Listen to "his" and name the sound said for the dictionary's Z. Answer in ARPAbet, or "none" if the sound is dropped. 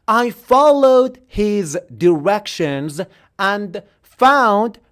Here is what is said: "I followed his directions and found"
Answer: Z